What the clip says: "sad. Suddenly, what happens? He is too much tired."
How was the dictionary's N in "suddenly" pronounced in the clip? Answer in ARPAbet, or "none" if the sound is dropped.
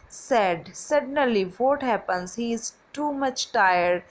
none